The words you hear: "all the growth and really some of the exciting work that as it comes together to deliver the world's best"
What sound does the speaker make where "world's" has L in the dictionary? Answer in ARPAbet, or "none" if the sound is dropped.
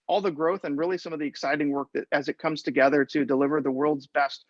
L